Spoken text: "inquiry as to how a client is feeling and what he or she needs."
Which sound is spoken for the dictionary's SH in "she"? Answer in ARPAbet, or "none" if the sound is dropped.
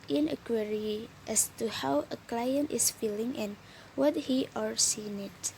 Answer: S